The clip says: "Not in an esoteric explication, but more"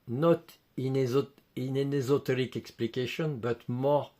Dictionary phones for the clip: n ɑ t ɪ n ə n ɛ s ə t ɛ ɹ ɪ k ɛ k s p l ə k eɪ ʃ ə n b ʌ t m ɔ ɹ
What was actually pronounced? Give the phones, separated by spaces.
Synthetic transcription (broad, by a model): n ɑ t ɪ n ə n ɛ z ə t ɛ ɹ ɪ k ɛ k s p l ə k eɪ ʃ ə n b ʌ t m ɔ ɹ